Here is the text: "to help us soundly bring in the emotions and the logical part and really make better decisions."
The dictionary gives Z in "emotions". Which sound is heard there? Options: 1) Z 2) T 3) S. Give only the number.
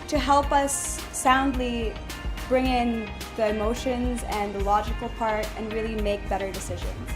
1